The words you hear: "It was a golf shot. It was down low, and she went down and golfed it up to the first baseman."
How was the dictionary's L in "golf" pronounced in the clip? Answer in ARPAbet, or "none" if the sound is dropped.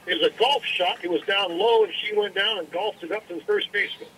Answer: L